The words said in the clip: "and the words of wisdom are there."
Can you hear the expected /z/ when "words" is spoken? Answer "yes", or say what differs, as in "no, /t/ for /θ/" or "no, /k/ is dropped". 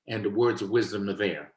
yes